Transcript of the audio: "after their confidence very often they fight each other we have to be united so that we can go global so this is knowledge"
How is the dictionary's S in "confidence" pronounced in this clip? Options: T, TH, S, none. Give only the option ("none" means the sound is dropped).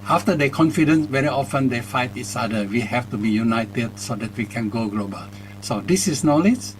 S